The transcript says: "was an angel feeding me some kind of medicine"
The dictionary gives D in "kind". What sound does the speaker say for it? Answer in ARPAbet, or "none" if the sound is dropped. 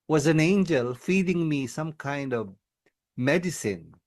D